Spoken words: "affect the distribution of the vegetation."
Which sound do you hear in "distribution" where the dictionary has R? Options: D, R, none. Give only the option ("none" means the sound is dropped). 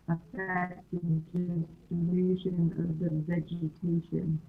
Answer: none